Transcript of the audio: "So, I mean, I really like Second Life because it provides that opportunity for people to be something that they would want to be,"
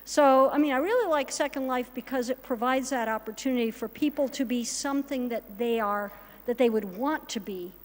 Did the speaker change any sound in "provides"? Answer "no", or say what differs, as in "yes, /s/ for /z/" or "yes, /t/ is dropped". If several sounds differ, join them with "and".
no